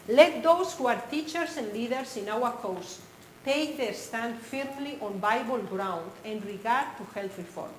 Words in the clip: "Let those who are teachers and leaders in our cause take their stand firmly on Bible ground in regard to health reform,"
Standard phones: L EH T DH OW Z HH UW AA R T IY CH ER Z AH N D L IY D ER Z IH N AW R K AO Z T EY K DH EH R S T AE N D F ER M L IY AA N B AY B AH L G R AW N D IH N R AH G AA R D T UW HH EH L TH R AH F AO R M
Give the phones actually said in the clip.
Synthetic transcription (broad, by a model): L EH T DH OW S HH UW AA R T IY CH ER S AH N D L IY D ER S IH N AW R K AO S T EY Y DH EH S T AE N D F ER M L IY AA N B AY B AH L G R AW N D IH N R AH G AA R D T UW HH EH L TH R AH F AO R M